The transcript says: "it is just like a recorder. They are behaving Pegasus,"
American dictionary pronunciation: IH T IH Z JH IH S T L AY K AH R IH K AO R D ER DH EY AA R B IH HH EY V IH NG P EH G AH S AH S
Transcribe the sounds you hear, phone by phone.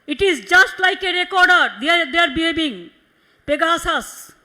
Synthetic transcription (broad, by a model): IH T IH Z JH IH S T L AY K AH R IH K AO R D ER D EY AA R B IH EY B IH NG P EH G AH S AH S